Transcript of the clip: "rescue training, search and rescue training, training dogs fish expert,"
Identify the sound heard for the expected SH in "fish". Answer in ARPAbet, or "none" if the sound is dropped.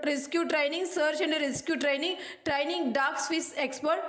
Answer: S